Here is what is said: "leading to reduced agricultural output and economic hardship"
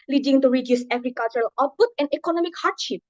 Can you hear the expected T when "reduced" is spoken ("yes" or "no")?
no